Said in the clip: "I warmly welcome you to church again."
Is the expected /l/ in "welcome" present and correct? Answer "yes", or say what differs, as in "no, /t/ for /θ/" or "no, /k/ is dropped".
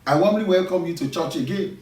yes